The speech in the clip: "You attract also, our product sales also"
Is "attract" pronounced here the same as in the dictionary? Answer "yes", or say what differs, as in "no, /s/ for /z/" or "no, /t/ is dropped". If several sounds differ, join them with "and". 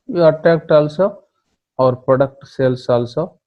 no, /ɹ/ is dropped